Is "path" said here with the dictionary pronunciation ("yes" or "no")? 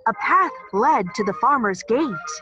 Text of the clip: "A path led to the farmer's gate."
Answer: yes